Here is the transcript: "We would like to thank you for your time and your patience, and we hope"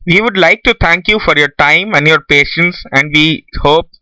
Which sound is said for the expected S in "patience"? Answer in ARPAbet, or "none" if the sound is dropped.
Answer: S